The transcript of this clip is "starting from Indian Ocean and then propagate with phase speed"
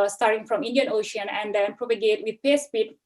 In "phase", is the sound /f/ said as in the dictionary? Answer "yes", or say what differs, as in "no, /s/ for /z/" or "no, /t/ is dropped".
no, /p/ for /f/